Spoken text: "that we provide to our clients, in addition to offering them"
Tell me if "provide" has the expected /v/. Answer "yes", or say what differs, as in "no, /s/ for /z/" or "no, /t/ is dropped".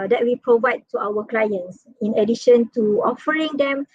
yes